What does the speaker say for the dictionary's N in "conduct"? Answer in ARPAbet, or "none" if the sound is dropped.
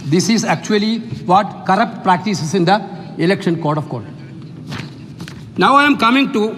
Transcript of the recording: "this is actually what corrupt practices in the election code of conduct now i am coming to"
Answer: none